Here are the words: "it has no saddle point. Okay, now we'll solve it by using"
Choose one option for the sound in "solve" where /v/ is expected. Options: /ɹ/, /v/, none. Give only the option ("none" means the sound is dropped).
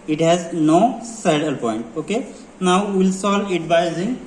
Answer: none